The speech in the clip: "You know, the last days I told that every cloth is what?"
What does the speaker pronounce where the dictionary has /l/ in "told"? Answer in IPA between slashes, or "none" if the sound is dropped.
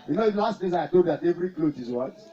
none